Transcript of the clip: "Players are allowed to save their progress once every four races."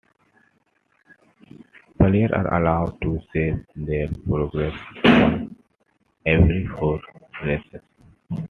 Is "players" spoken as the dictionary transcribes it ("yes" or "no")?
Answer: no